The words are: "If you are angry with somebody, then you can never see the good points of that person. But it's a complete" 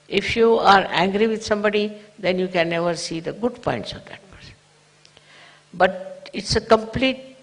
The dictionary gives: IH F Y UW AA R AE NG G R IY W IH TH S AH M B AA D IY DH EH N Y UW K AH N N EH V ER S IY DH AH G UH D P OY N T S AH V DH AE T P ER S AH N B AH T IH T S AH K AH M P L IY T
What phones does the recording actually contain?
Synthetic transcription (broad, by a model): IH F Y UW AA R AE NG G R IY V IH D S AH M B AA D IY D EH N Y UW K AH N N EH V ER S IY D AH G UH D P OY N T S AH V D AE T P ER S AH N B AH T IH T S AH K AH M P L IY T